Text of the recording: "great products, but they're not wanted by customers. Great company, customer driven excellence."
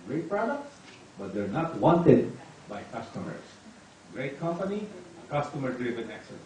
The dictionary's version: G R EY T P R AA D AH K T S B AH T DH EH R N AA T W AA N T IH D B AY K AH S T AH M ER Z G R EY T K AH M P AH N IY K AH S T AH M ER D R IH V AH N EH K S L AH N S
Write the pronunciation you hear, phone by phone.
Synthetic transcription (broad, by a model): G R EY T P R AA D AH K T S B AH T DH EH R N AA T W AA N T IH D B AY K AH S T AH M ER S G R EY T K AH M P AH N IY K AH S T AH M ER D R IH V AH N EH K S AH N